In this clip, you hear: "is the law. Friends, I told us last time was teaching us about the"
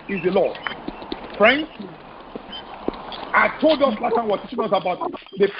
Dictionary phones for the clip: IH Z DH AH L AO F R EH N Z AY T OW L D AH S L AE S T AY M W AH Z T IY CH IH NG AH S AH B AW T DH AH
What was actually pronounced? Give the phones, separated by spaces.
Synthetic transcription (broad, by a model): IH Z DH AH L AO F R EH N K AY T OW L D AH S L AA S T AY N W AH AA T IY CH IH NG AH S AH B AW T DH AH